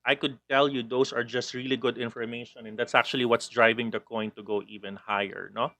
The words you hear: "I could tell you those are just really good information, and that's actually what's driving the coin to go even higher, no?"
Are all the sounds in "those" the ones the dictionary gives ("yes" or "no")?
no